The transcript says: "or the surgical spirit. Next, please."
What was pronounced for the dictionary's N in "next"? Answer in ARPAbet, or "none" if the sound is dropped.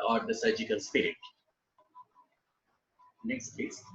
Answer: N